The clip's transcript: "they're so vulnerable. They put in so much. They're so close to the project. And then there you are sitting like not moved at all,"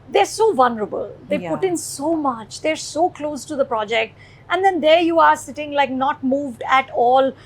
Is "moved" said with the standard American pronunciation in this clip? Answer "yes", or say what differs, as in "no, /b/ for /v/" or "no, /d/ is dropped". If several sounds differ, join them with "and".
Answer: yes